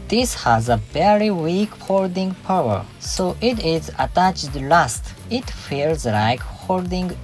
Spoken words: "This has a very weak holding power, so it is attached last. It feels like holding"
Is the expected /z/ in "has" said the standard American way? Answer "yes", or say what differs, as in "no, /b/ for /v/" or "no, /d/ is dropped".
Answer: yes